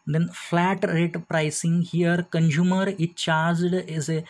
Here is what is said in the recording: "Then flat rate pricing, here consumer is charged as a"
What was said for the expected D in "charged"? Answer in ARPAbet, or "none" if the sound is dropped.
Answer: D